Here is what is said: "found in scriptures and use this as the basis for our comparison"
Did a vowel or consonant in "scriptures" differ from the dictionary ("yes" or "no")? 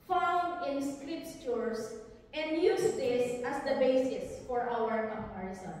yes